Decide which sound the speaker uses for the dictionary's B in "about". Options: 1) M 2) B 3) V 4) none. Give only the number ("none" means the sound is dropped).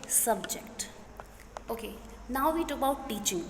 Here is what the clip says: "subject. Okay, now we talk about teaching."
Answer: 4